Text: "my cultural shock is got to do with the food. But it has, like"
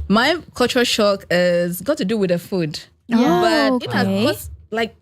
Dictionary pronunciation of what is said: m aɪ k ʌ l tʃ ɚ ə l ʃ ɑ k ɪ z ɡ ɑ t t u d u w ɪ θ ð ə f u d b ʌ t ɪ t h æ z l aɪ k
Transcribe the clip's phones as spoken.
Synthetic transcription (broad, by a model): m aɪ k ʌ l tʃ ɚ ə ʃ ɑ k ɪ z ɡ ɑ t t u d u w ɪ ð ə f u d b ʌ t ɪ t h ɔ s l aɪ k